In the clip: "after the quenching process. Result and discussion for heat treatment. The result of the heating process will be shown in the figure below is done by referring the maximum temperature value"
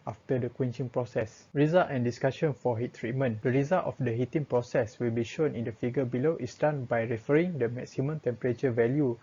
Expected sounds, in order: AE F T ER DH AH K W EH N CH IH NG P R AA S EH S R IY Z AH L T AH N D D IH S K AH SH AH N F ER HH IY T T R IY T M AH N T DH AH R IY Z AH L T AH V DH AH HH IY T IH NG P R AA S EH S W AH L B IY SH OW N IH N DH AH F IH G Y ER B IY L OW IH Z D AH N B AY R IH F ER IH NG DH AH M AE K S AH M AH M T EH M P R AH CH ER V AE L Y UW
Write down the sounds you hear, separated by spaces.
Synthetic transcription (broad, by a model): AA F T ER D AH K W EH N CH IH NG P R AA S EH S R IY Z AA L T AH N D D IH S K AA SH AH N F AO HH IY T T R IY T M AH N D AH R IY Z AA L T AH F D AH HH IY T IH NG P R AA S EH S W AH L B IY SH OW N IH N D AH F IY G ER B IY L OW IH S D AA N B AY R IH F ER IH NG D AH M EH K S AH M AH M T EH M P R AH CH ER V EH L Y UW